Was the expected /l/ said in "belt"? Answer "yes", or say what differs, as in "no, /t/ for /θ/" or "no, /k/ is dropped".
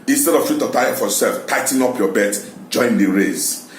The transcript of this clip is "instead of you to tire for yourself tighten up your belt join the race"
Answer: no, /l/ is dropped